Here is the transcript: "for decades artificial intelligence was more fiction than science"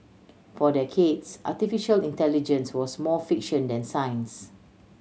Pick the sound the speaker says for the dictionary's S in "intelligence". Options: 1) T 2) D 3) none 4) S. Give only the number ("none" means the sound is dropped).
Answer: 4